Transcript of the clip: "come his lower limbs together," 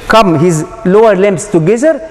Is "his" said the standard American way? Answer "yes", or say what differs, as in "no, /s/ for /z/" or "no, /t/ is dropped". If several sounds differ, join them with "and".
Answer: yes